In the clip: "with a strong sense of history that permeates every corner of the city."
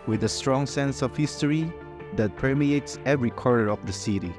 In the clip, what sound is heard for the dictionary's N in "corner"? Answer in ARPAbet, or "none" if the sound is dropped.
none